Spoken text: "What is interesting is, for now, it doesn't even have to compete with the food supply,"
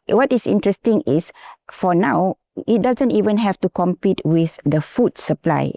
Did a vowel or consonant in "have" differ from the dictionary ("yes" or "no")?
yes